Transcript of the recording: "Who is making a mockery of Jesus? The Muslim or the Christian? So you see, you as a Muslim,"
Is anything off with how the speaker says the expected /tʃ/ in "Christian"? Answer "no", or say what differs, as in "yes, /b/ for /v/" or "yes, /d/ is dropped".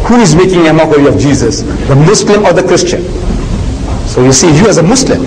no